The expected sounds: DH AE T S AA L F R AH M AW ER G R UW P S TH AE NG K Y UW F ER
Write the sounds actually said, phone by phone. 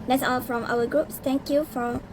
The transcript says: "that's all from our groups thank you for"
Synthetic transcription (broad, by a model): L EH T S AA L F R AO M AW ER G R UW P S T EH NG K Y UW F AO